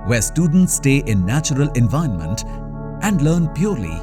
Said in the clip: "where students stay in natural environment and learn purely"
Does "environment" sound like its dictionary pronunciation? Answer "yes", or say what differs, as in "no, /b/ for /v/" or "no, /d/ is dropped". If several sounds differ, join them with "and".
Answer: no, /ɹ/ is dropped